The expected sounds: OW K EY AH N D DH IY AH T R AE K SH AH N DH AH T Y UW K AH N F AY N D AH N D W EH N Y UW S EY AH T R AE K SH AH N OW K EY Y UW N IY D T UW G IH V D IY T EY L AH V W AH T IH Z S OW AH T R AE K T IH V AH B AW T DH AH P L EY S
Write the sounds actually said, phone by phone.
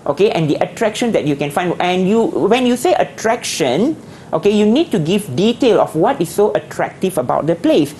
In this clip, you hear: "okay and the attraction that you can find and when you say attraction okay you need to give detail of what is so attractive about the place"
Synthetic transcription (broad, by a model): OW K EY AH N D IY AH T R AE K SH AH N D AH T Y UW K AH N F AY N AH N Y W EH N Y UW S EY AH T R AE K SH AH N OW K EY Y UW N IY D T UW G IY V D IY T EY L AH F W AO T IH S OW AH T R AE K T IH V AH B AW T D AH P L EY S